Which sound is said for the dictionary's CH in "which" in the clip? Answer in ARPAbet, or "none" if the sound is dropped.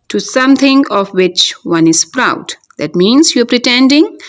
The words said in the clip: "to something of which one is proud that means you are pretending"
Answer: CH